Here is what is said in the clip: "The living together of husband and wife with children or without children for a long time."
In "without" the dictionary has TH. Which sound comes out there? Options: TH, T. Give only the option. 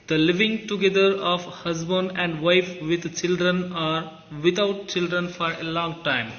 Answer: T